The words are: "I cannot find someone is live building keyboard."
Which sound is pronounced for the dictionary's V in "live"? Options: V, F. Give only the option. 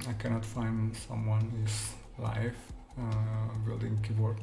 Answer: F